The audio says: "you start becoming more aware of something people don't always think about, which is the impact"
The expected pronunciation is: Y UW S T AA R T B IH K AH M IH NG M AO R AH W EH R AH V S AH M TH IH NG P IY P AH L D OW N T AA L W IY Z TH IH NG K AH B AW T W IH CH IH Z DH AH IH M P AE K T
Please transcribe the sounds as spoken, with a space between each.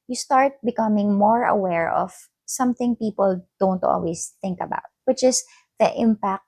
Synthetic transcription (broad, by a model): Y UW S T AA R T B IH K AH M IH NG M AO R AH W EH R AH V S AH M TH IH NG P IY P AH L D OW N T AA L W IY S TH IH NG K AH B AW T W IH CH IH S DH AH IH M P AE K T